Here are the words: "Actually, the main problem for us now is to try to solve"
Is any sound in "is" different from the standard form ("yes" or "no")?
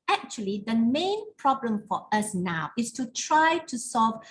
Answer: yes